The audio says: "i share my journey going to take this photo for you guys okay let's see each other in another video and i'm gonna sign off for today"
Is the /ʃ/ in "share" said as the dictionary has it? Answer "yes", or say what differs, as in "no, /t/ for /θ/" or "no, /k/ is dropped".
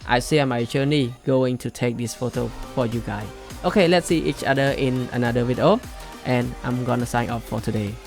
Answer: no, /s/ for /ʃ/